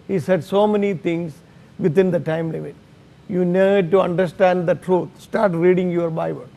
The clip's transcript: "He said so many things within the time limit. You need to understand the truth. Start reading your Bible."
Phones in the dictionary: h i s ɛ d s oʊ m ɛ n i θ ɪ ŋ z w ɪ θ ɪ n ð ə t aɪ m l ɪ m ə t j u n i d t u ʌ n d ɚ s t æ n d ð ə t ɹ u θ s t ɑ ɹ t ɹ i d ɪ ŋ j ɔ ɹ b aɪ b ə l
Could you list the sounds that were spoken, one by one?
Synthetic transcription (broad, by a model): h i s ɛ d s oʊ m ɛ n i t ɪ ŋ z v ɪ t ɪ n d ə t aɪ m l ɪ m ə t j u n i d t u ʌ n d ɚ s t æ n d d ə t ɹ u t s t ɑ ɹ t ɹ i d ɪ ŋ j ɔ ɹ b aɪ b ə l